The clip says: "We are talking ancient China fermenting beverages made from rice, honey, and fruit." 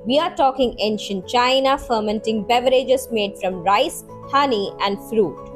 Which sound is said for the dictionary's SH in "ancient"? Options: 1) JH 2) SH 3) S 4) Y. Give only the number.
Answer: 2